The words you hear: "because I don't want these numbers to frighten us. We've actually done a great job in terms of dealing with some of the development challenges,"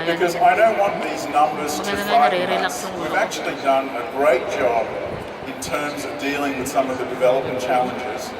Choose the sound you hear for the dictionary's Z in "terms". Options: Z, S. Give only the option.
Z